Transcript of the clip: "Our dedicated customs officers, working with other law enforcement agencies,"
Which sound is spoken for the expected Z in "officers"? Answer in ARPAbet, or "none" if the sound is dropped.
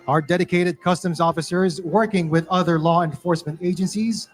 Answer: Z